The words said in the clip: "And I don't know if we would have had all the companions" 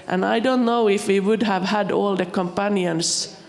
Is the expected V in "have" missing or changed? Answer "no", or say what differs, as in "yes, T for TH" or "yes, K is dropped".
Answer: no